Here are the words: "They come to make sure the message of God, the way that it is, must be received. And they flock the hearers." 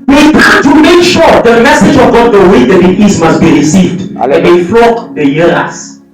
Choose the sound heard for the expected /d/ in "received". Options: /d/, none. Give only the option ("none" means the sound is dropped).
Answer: /d/